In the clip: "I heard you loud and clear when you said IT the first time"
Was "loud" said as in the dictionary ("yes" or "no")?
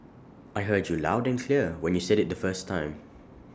yes